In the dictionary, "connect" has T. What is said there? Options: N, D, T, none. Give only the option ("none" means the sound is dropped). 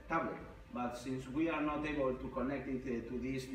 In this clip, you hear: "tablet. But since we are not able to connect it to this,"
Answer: T